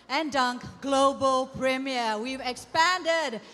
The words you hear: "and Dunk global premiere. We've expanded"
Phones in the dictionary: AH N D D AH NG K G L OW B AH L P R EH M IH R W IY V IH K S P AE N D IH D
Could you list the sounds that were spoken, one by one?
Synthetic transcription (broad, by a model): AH N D D AH NG K G L OW B AH L P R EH M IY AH W IY V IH K S P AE N D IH D